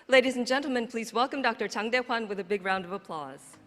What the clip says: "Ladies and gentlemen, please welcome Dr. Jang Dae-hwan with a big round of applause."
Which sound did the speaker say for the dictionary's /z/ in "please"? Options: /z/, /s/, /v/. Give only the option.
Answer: /z/